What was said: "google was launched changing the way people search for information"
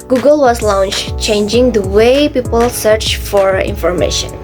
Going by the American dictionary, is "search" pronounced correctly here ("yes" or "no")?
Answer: yes